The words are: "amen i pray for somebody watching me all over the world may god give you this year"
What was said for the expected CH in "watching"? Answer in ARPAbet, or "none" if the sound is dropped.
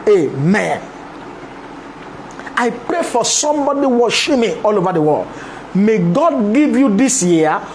SH